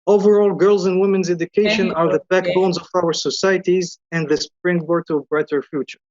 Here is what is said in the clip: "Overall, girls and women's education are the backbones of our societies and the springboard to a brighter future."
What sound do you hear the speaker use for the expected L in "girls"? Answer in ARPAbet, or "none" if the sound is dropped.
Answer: L